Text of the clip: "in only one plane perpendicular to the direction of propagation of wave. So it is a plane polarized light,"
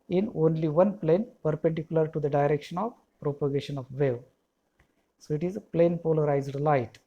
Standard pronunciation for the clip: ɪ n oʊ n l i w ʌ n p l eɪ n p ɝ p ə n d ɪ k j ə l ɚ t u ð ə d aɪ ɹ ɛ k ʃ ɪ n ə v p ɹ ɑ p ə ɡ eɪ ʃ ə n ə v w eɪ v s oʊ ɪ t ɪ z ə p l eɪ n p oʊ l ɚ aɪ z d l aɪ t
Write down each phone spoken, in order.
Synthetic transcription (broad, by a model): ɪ n oʊ n l i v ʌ n p l eɪ n p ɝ p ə n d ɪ k j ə l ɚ t u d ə d aɪ ɹ ɛ k ʃ ɪ n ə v p ɹ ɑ p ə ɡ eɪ ʃ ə n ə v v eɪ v s oʊ ɪ t ɪ z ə p l eɪ n p oʊ l ɚ aɪ z d l aɪ t